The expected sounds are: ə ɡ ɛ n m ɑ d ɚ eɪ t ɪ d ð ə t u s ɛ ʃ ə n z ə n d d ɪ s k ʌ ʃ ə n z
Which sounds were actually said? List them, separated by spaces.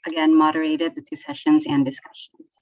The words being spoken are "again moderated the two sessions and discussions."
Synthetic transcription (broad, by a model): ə ɡ ɛ n m ɑ d ɚ eɪ t ɪ d ð ə t u s ɛ ʃ ə n z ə n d d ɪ s k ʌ ʃ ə n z